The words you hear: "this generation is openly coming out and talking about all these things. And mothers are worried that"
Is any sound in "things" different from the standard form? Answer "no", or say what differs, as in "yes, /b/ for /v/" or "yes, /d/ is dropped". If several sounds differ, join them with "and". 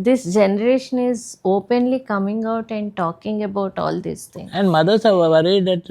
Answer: yes, /z/ is dropped